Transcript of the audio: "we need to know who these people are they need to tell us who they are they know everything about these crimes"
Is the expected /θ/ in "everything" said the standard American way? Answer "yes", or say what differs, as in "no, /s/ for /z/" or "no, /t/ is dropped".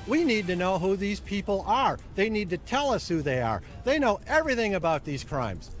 yes